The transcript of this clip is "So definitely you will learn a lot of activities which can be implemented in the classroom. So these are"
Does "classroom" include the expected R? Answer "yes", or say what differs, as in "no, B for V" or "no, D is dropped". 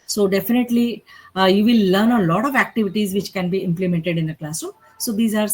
no, R is dropped